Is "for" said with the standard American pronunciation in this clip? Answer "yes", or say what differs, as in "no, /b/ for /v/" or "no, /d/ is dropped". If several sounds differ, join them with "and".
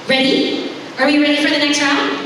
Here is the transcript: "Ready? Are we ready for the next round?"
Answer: yes